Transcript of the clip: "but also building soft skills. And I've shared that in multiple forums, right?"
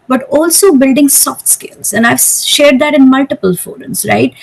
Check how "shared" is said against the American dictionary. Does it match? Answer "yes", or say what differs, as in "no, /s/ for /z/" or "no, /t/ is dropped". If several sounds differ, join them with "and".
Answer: yes